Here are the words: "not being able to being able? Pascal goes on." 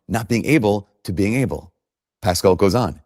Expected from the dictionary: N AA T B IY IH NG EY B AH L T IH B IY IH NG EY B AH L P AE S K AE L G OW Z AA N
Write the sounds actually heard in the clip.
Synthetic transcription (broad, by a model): N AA T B IY IH NG EY B L T IH B IY IH NG EY B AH L P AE S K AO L G OW Z N